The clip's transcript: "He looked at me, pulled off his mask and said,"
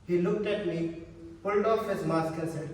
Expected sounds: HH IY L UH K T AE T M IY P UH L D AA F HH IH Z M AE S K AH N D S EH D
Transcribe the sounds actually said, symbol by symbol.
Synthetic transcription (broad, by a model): HH IY L UH K T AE T M IY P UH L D AA F HH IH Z M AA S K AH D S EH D